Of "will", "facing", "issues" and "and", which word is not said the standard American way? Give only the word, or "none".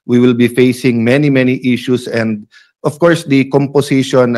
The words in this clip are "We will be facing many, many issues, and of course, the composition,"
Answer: issues